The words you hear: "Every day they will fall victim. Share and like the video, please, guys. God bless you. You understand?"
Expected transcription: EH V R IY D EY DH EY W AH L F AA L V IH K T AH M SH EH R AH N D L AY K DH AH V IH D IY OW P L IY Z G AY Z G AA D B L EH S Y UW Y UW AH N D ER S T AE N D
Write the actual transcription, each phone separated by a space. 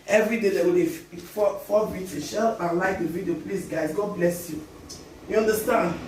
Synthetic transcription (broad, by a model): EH V R IY D EY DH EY W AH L F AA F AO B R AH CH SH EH L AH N L AY K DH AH V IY D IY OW P L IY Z G AY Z G AA D B L EH S Y UW Y UW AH N D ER S T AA N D